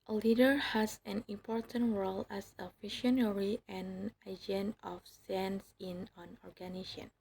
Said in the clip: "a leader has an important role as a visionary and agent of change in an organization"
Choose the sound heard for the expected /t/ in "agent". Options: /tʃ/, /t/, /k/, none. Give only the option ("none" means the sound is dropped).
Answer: none